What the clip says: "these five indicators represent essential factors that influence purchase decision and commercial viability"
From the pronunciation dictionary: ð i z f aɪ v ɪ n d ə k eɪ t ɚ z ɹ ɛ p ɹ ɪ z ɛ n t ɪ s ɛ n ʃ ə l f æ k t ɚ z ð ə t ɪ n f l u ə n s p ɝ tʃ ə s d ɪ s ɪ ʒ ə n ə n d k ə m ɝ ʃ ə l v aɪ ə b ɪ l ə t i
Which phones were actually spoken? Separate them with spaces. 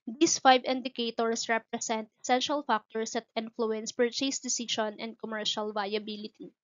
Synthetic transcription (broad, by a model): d i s f aɪ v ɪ n d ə k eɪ t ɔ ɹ ɹ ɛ p ɹ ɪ s ɛ n t ɪ s ɛ n ʃ ə l f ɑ k t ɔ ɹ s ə t ɪ n f l u ə n s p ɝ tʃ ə s d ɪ s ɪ ʃ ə n ə n d k ə m ɝ ʃ ə l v aɪ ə b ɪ l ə t i